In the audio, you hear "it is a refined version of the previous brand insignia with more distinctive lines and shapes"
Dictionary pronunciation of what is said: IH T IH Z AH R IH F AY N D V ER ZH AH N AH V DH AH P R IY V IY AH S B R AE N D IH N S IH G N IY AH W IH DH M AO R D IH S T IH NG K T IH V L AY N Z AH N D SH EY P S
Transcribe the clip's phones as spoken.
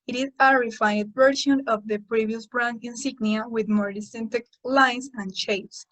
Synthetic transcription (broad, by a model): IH T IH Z AH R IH F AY D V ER SH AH N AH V DH AH P R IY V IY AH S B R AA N IH N S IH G N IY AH W IH DH M AO R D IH S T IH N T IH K L AY N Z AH N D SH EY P S